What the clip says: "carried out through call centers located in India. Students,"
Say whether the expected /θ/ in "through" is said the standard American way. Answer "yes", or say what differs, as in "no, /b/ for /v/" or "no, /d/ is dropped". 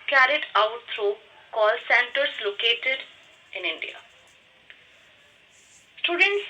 no, /t/ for /θ/